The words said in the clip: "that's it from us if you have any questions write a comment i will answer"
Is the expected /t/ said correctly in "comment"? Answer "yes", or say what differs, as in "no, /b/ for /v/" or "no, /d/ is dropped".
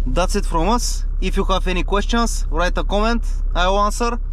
yes